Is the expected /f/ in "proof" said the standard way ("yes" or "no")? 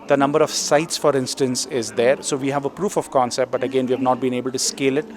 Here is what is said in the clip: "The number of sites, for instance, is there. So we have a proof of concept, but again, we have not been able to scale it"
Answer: yes